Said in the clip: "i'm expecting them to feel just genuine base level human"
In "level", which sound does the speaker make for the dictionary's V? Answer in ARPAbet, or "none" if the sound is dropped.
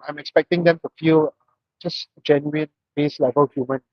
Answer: V